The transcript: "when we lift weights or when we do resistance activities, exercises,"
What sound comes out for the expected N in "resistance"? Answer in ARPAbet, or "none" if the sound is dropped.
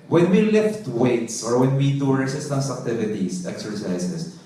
none